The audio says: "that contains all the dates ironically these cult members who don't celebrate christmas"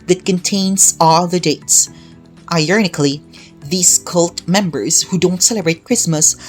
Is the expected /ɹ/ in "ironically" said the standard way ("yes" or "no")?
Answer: no